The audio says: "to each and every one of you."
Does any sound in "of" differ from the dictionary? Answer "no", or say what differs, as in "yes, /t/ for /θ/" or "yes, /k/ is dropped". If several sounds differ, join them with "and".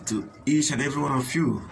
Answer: yes, /f/ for /v/